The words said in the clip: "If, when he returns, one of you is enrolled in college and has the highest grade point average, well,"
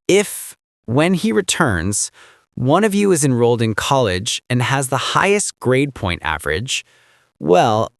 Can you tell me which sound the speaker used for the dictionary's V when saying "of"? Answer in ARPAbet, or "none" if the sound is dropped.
V